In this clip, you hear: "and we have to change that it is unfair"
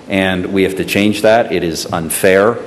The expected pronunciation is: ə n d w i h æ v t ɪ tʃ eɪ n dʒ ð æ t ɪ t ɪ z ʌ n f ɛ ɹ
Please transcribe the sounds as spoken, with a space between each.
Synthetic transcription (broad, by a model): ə n w i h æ f t ɪ tʃ eɪ n dʒ ð æ t ɪ t ɪ z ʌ n f ɛ ɹ